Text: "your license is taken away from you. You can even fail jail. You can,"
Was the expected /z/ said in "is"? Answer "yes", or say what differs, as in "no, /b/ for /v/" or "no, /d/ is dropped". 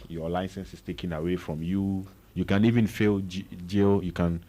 no, /s/ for /z/